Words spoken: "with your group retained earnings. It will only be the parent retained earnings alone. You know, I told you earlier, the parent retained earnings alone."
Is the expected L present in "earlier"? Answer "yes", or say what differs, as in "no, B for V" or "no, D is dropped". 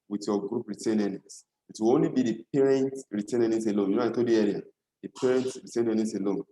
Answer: no, L is dropped